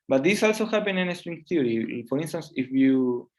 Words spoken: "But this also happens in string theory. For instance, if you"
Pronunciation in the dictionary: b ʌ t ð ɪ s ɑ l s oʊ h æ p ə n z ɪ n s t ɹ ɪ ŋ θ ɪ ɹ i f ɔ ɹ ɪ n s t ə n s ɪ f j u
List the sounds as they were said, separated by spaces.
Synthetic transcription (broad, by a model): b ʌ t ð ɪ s ɑ l s oʊ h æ p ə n ɪ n s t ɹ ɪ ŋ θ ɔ ɹ i f ɔ ɹ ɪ n s t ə n s ɪ f j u